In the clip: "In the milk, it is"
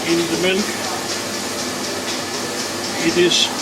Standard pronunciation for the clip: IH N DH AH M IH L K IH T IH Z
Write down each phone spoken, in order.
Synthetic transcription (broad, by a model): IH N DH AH M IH N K IH T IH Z